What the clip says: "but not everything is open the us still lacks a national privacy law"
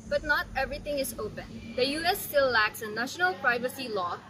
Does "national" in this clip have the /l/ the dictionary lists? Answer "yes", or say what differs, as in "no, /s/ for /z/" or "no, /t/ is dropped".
yes